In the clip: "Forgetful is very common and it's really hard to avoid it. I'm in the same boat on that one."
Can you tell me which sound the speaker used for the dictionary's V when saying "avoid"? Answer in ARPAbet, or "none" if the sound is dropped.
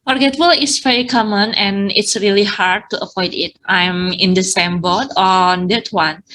P